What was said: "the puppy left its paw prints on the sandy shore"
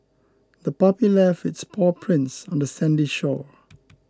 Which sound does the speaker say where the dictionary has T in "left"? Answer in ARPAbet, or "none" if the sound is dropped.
none